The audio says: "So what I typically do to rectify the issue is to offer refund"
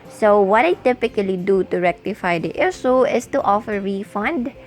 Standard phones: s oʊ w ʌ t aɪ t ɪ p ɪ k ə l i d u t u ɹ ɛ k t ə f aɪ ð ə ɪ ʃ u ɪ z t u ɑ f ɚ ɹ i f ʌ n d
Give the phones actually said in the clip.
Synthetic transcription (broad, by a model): s oʊ w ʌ t aɪ t ɪ p ɪ k ə l i d u t u ɹ ɛ k t ə f aɪ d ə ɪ s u ɪ s t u ɑ f ɚ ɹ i f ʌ n d